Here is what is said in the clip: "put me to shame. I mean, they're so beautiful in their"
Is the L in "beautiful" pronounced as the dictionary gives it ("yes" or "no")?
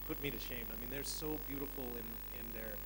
no